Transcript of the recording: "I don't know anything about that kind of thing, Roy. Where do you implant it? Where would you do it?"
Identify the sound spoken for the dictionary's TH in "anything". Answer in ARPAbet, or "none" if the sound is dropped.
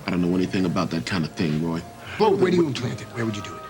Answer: TH